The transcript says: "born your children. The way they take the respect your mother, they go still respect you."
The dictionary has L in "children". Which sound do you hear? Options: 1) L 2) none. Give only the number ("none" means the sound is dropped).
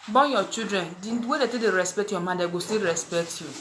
2